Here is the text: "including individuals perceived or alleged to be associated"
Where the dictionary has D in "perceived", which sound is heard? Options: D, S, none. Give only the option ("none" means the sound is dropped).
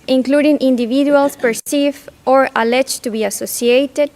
none